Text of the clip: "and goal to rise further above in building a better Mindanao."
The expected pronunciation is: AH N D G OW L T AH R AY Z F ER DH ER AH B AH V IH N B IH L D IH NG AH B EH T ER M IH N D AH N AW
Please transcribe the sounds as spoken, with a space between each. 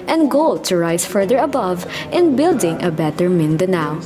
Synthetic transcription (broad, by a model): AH N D G OW L T AH R AY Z F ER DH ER AH B AH V IH N B IH L D IH NG AH B EH T ER M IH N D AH N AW